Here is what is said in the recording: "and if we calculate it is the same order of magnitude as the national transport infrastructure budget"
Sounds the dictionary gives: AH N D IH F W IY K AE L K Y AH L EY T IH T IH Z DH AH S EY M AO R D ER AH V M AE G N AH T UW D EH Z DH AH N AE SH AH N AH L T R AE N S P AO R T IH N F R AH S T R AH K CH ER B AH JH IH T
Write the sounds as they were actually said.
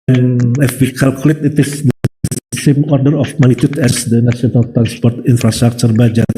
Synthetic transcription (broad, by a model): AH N IH F W IY K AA L K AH L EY T IH T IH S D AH S EY M AO R D ER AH F M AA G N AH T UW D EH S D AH N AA S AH N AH L T R AE N S P AO R T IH N F R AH S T R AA K CH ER B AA JH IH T